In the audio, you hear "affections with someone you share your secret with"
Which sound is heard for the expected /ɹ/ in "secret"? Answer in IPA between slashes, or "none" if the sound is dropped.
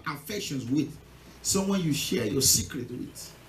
/ɹ/